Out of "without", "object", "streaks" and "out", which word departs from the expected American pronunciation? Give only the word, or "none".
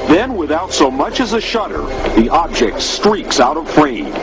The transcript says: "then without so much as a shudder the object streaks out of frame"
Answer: none